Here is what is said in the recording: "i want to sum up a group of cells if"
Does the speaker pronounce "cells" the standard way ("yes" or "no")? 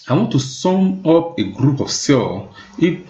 no